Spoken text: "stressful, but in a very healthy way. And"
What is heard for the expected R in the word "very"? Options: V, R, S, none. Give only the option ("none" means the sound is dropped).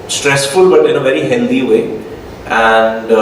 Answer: R